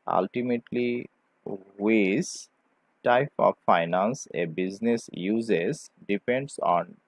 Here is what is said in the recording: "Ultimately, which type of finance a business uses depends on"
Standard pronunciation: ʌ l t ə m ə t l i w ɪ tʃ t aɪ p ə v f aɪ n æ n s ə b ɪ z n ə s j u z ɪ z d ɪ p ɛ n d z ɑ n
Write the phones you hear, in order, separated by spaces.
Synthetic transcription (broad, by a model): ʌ l t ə m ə t l i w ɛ s t aɪ p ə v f aɪ n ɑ n s ə b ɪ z n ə s j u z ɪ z d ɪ p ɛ n d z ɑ n